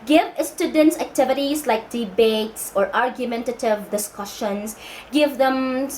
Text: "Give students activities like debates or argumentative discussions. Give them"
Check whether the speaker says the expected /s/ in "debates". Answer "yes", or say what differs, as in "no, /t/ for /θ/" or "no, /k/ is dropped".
yes